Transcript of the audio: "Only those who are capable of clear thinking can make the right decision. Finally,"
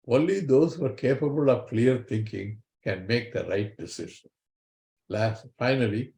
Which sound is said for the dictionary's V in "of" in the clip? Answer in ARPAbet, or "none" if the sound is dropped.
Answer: V